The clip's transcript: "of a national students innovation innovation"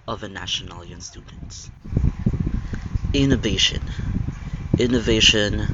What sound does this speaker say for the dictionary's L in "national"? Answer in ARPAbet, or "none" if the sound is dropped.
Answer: N